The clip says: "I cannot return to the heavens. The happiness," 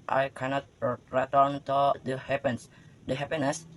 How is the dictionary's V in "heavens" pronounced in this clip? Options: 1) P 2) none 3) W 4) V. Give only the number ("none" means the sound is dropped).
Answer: 1